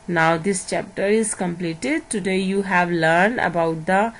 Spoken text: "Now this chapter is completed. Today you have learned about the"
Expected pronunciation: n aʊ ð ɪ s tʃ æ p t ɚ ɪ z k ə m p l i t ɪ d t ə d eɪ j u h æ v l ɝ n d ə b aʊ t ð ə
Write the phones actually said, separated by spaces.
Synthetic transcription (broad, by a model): n aʊ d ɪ s tʃ æ p t ɚ ɪ z k ə m p l i t ɪ d t ə d eɪ j u h æ v l ɝ n d ə b aʊ t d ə